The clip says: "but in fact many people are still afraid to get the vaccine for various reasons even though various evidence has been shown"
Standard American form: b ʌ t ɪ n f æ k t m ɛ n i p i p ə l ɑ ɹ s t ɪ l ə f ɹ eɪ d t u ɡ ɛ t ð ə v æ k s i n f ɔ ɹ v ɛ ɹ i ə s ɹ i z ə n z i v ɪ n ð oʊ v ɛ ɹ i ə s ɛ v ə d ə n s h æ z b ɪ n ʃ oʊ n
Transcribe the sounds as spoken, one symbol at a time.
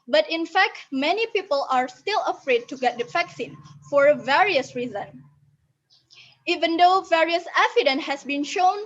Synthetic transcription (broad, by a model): b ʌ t ɪ n f æ k t m ɛ n i p i p ə l ɑ ɹ s t ɪ l ə f ɹ eɪ d t u ɡ ɛ t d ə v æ k s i n f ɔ ɹ v ɛ ɹ i ə s ɹ i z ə n i v ɪ n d oʊ v ɛ ɹ i ə s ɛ f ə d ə n h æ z b ɪ n ʃ oʊ n